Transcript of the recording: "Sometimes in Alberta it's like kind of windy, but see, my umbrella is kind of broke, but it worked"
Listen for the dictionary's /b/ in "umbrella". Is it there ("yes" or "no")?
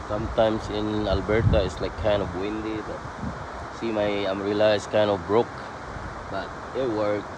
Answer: no